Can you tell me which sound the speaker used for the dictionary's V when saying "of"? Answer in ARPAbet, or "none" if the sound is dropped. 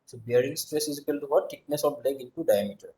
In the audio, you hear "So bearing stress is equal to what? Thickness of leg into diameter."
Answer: B